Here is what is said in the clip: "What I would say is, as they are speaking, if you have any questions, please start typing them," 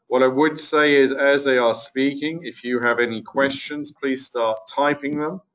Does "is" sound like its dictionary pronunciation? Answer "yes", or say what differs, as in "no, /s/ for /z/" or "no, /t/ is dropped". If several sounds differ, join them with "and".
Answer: yes